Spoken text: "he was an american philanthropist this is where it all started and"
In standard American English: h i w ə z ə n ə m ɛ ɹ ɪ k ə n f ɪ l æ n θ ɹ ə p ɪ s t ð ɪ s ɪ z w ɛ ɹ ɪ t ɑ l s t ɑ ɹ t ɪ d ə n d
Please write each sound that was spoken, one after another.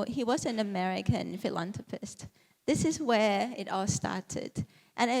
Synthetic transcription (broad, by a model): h i w ə z ə n ə m ɛ ɹ ɪ k ə n f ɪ l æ n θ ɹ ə p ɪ s t ð ɪ s ɪ z w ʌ ɹ ɪ t ɑ l s t ɑ ɹ t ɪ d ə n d